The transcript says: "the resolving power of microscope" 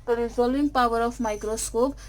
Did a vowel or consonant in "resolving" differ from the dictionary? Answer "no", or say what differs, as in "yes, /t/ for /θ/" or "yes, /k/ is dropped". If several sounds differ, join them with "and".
yes, /v/ is dropped